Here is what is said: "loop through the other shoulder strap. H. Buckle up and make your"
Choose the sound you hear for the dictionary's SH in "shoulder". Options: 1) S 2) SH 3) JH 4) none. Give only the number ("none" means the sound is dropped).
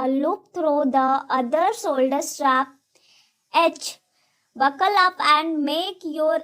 1